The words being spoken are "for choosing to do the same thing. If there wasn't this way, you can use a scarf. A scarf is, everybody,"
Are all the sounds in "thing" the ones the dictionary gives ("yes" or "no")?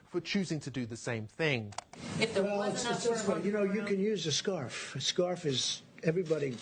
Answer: yes